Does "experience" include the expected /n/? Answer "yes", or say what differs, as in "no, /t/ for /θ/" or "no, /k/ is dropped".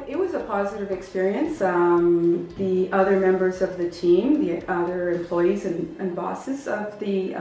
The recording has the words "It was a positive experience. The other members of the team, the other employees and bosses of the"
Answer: yes